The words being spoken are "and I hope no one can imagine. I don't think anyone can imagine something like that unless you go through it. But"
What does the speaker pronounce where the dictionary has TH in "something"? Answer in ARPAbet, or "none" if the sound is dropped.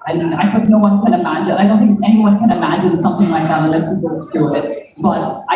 TH